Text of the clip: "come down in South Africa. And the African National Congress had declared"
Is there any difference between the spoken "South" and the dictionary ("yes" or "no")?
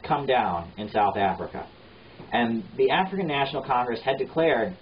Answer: no